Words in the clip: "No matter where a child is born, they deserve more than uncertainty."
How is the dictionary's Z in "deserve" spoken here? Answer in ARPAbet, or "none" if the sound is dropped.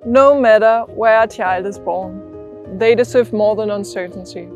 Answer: S